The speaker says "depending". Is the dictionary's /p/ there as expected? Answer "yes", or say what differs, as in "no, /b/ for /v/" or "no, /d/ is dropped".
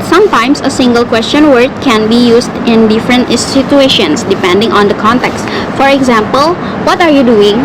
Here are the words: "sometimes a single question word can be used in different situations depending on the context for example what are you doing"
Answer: yes